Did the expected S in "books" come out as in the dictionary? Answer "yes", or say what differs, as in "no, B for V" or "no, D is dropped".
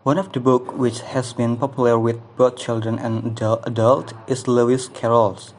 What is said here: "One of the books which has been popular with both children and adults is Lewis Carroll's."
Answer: no, S is dropped